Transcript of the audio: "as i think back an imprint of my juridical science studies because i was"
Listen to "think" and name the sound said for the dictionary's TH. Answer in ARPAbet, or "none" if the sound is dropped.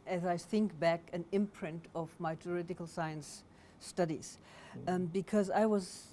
TH